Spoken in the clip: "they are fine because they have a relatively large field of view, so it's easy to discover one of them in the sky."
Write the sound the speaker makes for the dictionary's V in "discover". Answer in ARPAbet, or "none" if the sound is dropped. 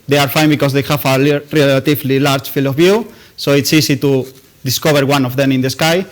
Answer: B